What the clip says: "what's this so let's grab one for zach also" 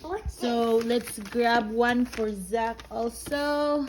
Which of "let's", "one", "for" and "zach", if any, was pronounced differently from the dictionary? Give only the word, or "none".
none